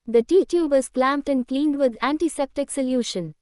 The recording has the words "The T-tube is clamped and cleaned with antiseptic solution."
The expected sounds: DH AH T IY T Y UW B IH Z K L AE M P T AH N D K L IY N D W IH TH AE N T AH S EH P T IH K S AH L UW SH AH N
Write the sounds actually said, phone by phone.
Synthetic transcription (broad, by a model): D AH T IY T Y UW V IH Z K L AE M P T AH N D K L IY N D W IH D AE N T AH S EH P T IH K S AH L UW SH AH N